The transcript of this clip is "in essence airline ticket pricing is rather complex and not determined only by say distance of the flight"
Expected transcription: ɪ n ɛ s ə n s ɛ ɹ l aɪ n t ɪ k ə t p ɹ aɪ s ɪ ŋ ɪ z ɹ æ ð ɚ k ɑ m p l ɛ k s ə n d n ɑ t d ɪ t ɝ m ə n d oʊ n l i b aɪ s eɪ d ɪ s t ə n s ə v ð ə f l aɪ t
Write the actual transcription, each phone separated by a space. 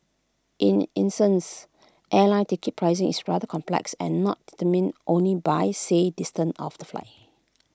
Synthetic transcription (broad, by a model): ɪ n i s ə n s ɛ l aɪ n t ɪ k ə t p ɹ aɪ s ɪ ŋ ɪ s ɹ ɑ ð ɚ k ɑ m p l ɛ k s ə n n ɑ t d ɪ t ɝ m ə n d oʊ n l i b aɪ s eɪ d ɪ s t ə n ə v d ə f l aɪ